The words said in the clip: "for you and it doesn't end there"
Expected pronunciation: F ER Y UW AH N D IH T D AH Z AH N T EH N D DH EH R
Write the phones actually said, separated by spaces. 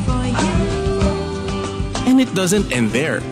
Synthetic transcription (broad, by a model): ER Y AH N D IH T D AH Z AH N T EH N D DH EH R